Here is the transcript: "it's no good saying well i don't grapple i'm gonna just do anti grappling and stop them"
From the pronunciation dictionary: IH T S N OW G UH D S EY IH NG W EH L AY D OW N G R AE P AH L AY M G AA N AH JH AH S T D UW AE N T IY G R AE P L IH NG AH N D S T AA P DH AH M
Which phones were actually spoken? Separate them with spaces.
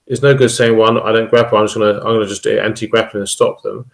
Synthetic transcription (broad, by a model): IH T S N OW G UH D S EY IH NG W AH N AY D OW N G R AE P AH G AY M G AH N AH JH AH S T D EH AE N T IY G R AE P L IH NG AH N S T AA P DH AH M